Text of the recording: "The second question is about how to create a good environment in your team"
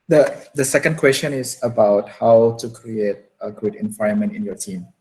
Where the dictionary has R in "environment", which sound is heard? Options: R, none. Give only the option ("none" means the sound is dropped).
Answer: none